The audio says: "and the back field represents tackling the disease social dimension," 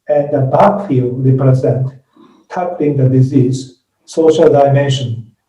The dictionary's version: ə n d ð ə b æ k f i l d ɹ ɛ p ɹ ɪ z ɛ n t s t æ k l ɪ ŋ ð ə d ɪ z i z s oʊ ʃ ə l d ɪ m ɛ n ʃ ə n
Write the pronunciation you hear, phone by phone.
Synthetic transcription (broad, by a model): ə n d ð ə b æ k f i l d ɹ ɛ p ɹ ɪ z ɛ n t t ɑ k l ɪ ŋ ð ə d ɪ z i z s oʊ ʃ ə l d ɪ m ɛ n ʃ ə n